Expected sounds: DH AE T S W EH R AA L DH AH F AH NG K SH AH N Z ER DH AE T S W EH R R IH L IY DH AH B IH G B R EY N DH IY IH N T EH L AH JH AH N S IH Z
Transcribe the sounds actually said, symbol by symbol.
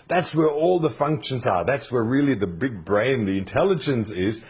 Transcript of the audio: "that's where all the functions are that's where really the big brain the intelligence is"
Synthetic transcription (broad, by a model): DH AE T S W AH R AA L DH AH F AH NG K SH AH N Z ER DH AE T S W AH R R IH L IY DH AH B IH G B R EY N DH IY IH N T EH L AH JH AH N S IH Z